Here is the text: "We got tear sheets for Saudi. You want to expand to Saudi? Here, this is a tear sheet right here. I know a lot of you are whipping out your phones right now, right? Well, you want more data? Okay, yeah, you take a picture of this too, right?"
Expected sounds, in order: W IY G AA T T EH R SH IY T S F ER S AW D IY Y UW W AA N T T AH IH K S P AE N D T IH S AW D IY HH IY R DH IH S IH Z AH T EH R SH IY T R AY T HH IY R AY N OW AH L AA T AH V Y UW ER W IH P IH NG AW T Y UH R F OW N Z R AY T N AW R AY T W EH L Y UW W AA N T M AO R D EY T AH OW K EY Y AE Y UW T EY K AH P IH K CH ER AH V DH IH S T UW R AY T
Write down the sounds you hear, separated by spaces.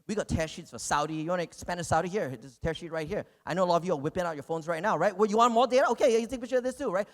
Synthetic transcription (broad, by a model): W IY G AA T T EH R SH IY T S F ER S AW D IY Y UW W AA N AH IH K S P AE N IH S AW D IY HH IY R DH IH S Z T EH R SH IY T R AY T HH IY R AY N OW AH L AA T AH V Y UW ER W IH P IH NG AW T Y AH R F OW N Z R AY T N AW R AY T W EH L Y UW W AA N M AO R D EY T AH OW K EY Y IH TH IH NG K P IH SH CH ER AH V DH IH S T UW R AY T